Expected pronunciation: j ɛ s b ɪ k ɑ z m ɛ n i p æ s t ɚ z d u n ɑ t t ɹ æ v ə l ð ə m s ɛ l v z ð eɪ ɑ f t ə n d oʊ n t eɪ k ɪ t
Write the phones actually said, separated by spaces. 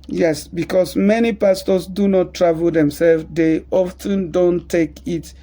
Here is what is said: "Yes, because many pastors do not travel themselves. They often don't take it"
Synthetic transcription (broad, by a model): j ɛ s b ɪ k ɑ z m ɛ n i p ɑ s t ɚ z d u n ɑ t t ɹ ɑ v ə l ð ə m s ɛ l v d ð eɪ ɑ f t ə n d oʊ n t eɪ k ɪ t